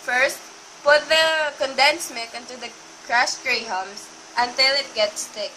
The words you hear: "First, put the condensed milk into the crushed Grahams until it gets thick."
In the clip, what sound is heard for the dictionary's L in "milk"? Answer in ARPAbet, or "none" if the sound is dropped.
none